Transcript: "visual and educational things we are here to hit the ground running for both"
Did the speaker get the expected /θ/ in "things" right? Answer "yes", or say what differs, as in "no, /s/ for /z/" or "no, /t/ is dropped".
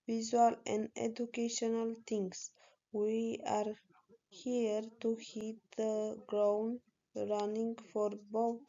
no, /t/ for /θ/